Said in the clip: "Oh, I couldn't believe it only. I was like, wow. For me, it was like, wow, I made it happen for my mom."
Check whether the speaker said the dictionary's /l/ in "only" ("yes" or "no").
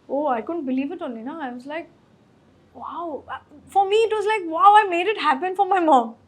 no